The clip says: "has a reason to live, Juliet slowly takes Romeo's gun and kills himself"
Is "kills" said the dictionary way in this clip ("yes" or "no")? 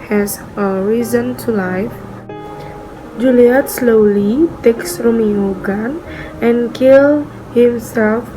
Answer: no